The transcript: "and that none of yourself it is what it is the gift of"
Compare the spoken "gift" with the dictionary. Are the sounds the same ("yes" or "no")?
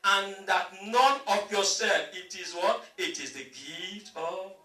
no